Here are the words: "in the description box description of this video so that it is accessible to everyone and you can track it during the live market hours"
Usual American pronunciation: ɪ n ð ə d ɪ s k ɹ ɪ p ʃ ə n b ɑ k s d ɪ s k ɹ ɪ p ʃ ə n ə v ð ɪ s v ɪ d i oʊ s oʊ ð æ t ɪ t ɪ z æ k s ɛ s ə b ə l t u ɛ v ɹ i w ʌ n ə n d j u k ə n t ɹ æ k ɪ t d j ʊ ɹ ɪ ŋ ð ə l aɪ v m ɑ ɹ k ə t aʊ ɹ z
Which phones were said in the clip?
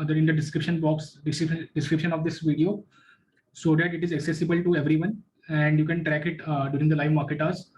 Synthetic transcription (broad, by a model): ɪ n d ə d ɪ s k ɹ ɪ p ʃ ə n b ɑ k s d ɪ s k ɹ ɪ p ʃ ə n ə v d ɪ s v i d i oʊ s oʊ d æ t ɪ t ɪ z æ k s ɛ s ə b ə l t u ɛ v ɹ i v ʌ n ə n d j u k ə n t ɹ æ k ɪ t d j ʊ ɹ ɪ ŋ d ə l aɪ v m ɑ ɹ k ə t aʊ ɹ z